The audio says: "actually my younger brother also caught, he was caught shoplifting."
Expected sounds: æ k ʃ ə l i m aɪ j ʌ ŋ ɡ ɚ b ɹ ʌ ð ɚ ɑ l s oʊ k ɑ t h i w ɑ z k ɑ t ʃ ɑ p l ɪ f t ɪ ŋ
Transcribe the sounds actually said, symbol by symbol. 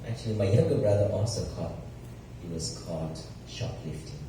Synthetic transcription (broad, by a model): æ k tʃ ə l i m aɪ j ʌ ɡ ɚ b ɹ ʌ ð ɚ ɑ s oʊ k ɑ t h i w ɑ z k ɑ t ʃ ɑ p l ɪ f t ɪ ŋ